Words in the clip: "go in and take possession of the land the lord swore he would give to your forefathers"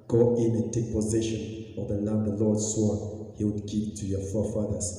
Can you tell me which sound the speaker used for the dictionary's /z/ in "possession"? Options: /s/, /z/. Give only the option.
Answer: /z/